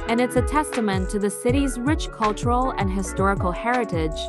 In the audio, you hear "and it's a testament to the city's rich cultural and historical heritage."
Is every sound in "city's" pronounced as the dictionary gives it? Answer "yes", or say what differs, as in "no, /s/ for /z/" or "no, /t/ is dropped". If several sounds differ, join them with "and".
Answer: yes